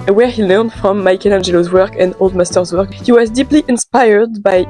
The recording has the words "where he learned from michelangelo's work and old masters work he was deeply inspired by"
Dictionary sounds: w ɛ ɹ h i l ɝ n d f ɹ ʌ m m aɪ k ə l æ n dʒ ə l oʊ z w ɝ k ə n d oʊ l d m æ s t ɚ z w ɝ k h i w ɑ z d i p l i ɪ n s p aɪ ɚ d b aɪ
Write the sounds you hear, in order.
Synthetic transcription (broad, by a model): w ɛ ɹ h i l ɝ n d f ɹ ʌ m m aɪ k ə l æ n dʒ ə l oʊ z w ɝ k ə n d oʊ l d m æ s t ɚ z w ɝ k h i w ɑ z d i p l i ɪ n s p aɪ ɚ d b aɪ